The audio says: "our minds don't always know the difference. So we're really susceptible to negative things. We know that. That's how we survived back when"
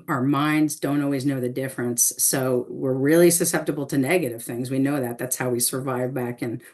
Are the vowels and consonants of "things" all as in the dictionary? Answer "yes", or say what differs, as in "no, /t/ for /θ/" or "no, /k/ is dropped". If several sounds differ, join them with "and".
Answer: yes